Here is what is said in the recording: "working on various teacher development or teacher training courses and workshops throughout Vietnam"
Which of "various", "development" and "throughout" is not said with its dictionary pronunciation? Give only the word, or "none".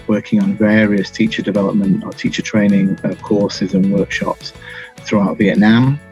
none